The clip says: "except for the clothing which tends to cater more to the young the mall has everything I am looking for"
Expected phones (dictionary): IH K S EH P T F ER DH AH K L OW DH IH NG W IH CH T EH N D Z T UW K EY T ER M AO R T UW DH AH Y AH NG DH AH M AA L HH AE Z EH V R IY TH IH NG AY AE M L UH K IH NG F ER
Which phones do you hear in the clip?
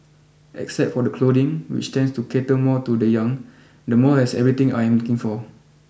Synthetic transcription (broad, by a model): IH K S EH P T F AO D AH K L OW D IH NG W IH CH T EH N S T UW K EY T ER M AO T UW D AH Y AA NG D AH M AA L HH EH S EH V R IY T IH NG AY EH M L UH K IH NG F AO